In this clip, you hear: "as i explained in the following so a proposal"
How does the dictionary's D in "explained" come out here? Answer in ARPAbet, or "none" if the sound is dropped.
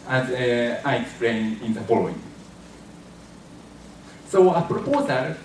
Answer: none